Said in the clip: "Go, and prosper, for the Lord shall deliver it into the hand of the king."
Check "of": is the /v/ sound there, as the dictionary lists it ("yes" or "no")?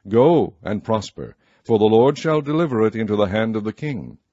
yes